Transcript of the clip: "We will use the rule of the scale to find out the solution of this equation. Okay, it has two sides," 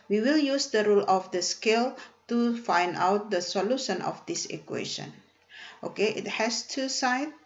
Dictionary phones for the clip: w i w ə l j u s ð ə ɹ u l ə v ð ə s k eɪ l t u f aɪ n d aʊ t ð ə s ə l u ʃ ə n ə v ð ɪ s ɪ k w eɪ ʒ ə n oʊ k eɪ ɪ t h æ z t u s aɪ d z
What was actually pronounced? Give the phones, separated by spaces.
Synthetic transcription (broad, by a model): w i w ə l j u s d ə ɹ u l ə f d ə s k eɪ l t u f aɪ n d aʊ t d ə s ə l u ʃ ə n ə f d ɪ s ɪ k w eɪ ʃ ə n oʊ k eɪ ɪ t h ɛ s t u s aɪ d